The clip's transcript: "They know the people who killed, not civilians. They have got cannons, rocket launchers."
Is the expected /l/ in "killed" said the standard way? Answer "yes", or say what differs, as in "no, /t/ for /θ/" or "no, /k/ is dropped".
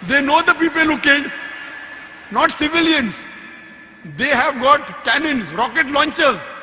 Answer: no, /l/ is dropped